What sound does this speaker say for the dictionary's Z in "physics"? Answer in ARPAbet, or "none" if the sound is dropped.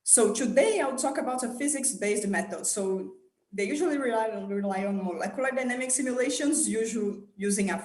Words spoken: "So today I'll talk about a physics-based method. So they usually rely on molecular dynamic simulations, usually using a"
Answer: Z